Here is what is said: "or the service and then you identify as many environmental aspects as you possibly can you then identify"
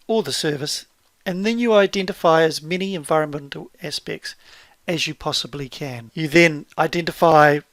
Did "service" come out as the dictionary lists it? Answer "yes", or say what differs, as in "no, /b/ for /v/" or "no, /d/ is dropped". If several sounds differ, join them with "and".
yes